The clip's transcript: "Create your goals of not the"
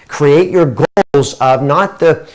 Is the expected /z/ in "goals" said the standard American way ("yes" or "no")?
yes